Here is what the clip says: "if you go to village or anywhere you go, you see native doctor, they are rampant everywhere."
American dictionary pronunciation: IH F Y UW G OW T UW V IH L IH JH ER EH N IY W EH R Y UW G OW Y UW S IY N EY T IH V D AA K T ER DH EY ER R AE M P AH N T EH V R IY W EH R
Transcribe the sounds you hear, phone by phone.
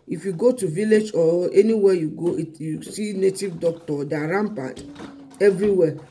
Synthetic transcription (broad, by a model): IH F Y UW G OW T UW V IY L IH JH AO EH N IY W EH Y UW G OW Y UW S IY N EY T IH V D AA K T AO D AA R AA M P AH T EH V R IY W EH